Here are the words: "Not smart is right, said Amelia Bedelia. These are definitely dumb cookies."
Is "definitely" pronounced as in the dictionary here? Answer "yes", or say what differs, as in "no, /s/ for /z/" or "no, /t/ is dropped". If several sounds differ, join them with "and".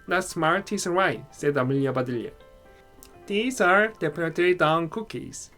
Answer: no, /p/ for /f/